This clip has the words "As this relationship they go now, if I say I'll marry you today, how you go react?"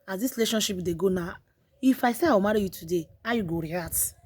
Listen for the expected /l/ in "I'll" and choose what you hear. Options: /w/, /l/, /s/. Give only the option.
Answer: /w/